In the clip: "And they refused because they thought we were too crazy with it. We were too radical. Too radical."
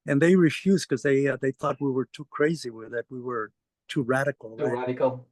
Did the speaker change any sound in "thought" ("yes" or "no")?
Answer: no